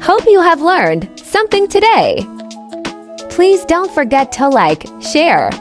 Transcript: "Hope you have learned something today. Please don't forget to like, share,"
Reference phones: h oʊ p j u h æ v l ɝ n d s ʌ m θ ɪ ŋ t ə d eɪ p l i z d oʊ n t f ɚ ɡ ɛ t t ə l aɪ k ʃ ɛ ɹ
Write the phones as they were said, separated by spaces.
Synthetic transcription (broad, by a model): h oʊ p j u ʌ v l ɝ n d s ʌ m θ ɪ ŋ t ə d eɪ p l i z d oʊ n t f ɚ ɡ ɛ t t ə l aɪ k ʃ ɛ ɹ